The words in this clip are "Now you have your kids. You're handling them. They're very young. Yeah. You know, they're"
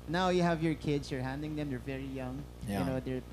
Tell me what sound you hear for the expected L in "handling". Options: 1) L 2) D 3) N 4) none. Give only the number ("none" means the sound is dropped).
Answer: 4